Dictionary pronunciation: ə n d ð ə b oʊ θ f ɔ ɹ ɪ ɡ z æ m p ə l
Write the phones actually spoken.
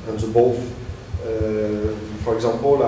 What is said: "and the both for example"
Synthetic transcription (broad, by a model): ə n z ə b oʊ f f ɔ ɹ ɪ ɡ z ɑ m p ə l